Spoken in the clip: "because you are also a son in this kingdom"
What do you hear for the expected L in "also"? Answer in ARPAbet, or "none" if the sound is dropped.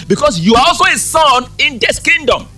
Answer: L